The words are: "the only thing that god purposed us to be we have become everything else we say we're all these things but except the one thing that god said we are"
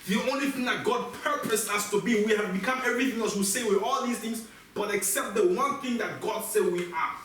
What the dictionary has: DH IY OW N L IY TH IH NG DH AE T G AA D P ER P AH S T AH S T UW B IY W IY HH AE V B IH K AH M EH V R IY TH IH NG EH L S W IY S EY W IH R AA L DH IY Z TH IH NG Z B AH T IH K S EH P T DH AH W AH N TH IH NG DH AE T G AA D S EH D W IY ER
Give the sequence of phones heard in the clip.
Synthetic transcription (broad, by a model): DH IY OW N L IY TH IH NG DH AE T G AA D P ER P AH S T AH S T UW B IY W IY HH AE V B IH K AH M EH V R IY TH IH NG EH L S W IY S EY W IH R AA L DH IY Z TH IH NG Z B AH T IH K S EH P T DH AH W AH N TH IH NG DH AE T G AA D S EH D W IY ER